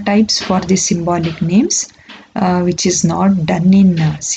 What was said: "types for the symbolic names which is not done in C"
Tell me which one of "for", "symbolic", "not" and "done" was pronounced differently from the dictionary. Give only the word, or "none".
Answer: none